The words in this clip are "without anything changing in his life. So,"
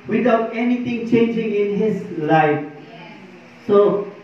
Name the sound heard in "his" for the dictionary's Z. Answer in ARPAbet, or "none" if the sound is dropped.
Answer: S